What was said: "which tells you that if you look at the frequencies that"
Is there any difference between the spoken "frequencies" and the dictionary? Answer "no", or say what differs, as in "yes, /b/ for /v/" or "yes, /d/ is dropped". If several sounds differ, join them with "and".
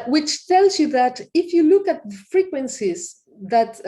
no